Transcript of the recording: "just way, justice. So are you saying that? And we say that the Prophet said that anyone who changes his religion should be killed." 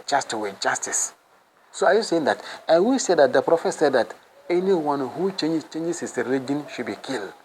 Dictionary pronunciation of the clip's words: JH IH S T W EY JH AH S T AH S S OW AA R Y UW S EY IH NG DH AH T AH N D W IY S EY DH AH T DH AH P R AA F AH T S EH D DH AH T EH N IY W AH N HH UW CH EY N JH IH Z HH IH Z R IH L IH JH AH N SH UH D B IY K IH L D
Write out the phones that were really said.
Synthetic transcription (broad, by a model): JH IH S T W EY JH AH S T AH S S OW AA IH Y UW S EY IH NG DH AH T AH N W IY S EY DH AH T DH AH P R AA F AH T S EH D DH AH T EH N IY W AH N HH UW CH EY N CH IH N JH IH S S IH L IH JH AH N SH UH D B IY K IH L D